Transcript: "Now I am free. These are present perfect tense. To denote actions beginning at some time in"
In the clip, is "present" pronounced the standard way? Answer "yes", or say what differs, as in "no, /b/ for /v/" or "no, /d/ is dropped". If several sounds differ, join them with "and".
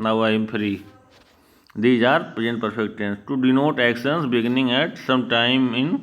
no, /ɹ/ is dropped